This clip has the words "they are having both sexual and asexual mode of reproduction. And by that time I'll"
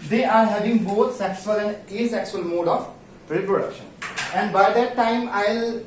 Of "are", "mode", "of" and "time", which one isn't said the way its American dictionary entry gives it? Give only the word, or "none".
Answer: of